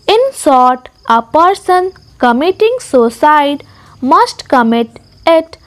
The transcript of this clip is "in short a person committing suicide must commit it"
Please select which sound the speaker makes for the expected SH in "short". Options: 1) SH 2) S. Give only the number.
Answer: 2